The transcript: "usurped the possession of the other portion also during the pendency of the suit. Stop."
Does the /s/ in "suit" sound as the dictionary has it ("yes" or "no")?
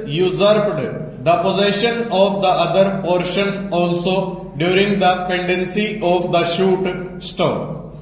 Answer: no